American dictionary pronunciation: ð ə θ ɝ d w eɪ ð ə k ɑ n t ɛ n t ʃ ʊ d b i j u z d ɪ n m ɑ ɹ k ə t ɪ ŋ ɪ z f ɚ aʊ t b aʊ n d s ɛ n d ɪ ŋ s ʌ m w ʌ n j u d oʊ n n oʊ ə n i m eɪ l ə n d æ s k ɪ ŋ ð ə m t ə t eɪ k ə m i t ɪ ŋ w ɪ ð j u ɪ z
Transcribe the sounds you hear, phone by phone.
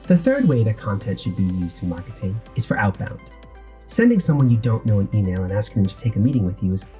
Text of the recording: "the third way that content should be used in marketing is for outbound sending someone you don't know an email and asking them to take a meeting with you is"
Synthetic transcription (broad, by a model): ð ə θ ɝ d w eɪ ð ə k ɑ n t ɛ n t ʃ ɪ d b i j u z d ɪ n m ɑ ɹ k ə t ɪ ŋ ɪ z f ɚ aʊ t b aʊ n d s ɛ n d ɪ ŋ s ʌ m w ʌ n j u d oʊ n n oʊ ə n i m eɪ l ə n æ s k ɪ ŋ ð ə m t ə t eɪ k ə m i t ɪ ŋ w ɪ ð j u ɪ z